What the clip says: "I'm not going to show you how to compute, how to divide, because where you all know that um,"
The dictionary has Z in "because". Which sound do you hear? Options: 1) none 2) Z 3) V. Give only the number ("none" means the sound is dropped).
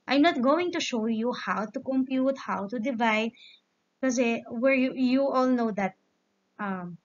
1